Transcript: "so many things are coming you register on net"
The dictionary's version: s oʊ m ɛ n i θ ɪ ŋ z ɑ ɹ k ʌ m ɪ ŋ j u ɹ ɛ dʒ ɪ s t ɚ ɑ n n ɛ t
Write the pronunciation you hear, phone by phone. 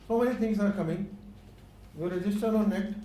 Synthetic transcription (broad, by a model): s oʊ m ɛ n i t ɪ ŋ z ɑ ɹ k ʌ m ɪ ŋ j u ɹ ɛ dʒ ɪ s t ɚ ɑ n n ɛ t